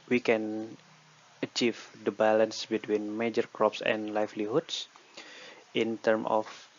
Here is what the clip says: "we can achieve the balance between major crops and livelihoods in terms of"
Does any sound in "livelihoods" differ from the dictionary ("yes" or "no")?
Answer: yes